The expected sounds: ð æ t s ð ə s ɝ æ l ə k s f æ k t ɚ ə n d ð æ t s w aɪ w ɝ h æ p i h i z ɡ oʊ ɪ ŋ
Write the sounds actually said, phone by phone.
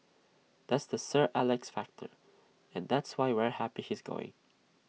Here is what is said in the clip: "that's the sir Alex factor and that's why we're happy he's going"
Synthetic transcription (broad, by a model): ð æ t s ð ə s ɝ æ l ə k s f æ k t ɚ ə n ð æ t s w aɪ w ɝ h æ p i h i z ɡ oʊ ɪ ŋ